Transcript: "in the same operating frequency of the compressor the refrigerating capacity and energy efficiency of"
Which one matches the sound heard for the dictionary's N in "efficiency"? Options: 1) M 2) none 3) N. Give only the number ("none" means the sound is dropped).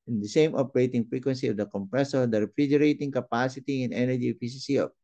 2